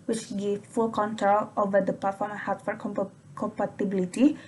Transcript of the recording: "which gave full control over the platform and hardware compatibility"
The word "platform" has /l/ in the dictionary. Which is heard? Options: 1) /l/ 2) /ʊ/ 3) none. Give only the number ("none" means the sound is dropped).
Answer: 3